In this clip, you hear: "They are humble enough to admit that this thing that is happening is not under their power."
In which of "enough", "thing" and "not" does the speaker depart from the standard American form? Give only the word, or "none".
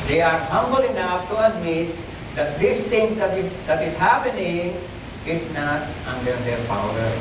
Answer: thing